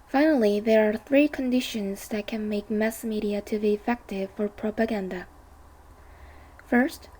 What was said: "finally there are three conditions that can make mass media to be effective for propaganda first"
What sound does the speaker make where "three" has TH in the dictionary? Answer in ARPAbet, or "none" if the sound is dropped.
TH